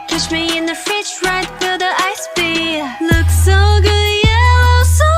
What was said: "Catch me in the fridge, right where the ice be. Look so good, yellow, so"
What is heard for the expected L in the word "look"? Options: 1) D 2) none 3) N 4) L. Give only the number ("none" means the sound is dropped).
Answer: 4